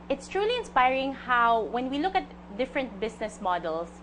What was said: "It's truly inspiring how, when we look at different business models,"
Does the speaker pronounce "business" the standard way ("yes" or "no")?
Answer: no